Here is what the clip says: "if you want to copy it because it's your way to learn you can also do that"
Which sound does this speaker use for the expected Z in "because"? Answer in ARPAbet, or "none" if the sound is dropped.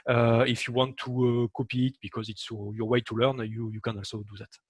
Z